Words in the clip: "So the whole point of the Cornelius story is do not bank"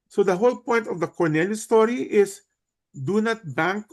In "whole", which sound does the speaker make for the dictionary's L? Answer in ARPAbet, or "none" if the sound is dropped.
L